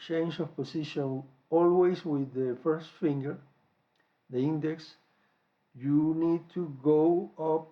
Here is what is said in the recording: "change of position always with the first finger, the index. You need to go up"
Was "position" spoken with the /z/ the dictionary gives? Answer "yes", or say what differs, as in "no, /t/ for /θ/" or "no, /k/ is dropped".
no, /s/ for /z/